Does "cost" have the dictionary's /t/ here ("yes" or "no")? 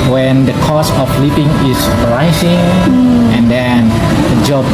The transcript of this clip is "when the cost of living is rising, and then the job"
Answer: no